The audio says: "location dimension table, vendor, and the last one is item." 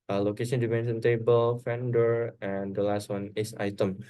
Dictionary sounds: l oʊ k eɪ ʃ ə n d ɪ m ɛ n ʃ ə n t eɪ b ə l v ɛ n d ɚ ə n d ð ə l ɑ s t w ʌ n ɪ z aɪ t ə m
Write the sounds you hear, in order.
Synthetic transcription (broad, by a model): l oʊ k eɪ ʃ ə n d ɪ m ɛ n s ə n t eɪ b ə l f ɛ n d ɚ ə n d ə l ɑ s t w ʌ n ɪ s aɪ t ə m